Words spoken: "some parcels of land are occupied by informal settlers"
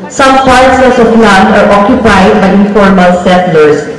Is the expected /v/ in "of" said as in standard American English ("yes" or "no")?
no